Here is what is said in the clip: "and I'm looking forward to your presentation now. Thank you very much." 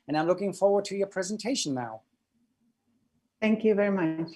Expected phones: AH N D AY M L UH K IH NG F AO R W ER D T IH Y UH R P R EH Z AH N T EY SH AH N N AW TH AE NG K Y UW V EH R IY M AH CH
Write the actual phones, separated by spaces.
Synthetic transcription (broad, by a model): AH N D AY M L UH K IH NG F AO R W ER D T IH Y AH R P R EH Z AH N T EY AH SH N AW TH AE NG K Y UW V EH R IY M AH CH